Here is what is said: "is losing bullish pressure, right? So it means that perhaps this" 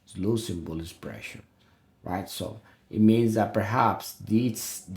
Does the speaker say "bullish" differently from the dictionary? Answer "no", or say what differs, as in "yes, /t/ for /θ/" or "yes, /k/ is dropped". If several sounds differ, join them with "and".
yes, /s/ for /ʃ/